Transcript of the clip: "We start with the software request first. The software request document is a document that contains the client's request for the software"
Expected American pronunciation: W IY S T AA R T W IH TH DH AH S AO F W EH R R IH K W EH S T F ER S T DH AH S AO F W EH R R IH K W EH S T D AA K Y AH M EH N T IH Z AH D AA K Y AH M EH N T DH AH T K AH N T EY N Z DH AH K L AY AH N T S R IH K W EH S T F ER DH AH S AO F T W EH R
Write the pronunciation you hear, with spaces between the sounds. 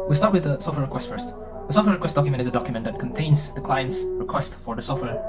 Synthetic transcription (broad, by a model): W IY S T AA R T W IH DH AH S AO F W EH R R IH K W EH S T F ER S T DH AH S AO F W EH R R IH K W EH S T D AA K Y AH M EH N T IH Z AH D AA K Y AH M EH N DH AH T K AH N T EY N Z DH AH K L AY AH N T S R IH K W EH S T F ER DH AH S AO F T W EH R